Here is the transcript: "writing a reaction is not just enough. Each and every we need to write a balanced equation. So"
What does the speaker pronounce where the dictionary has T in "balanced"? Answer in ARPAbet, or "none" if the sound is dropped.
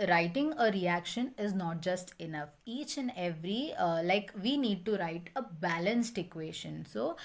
T